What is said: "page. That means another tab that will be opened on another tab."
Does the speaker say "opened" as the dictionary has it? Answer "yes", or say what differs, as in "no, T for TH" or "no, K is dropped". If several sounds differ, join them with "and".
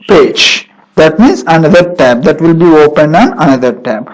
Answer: yes